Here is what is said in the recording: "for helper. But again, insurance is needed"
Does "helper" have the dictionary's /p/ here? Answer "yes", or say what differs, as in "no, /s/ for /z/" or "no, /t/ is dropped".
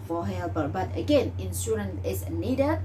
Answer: no, /b/ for /p/